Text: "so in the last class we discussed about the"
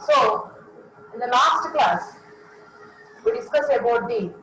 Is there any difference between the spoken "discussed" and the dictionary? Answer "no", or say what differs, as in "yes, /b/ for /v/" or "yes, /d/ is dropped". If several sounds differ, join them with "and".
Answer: yes, /t/ is dropped